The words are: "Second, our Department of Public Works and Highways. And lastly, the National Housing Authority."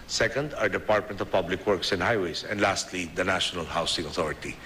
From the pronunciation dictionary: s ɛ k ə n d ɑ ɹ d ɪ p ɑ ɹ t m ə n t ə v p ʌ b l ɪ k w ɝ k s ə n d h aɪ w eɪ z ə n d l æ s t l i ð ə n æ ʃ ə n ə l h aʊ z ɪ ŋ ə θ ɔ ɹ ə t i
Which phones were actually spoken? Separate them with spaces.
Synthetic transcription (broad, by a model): s ɛ k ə n d ɑ ɹ d ɪ p ɑ ɹ t m ə n t ə v p ʌ b l ɪ k w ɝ k s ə n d h aɪ w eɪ s ə n d l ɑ s t l i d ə n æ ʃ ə n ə l h aʊ s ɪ ŋ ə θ ɔ ɹ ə t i